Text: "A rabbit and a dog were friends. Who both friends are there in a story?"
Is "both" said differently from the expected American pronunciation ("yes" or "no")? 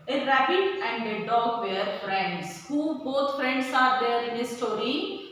yes